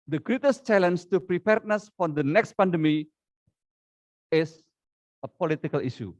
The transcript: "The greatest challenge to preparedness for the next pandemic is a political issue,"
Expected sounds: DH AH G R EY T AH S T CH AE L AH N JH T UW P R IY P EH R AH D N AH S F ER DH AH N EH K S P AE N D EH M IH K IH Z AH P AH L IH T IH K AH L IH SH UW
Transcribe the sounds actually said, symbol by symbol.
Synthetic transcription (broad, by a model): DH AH G R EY T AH S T CH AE L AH N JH T UW P R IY P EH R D N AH S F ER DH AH N EH K S P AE N D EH M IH IH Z AH P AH L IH T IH K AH L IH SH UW